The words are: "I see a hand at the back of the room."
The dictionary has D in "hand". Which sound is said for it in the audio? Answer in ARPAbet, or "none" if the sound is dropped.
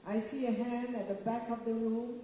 D